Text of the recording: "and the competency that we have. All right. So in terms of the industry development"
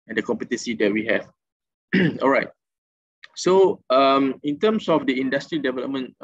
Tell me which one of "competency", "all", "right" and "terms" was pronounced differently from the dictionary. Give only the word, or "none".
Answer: terms